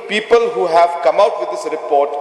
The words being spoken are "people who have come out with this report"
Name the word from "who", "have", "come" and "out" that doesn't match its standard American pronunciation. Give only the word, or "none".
none